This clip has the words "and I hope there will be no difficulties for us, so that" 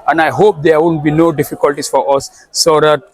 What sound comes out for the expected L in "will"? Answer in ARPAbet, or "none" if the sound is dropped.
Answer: N